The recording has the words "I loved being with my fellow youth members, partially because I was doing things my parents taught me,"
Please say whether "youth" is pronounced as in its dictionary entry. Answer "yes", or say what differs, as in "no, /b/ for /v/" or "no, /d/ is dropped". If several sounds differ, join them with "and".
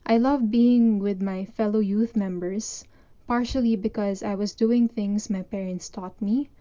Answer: yes